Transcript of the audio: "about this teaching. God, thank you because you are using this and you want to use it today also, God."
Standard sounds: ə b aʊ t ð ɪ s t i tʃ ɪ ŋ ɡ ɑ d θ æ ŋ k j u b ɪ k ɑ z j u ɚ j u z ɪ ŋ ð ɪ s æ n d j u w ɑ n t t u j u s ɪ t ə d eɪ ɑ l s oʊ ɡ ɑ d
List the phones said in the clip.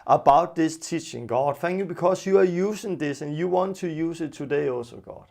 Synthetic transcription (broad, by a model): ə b aʊ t ð ɪ s t i tʃ ɪ ŋ ɡ ɑ d f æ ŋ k j u b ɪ k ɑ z j u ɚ j u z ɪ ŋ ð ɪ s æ n j u w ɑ n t t u j u s ɪ t ə d eɪ ɑ l s oʊ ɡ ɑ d